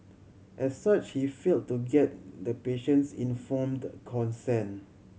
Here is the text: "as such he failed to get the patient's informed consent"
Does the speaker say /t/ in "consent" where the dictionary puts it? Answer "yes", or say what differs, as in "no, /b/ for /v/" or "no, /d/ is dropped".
no, /t/ is dropped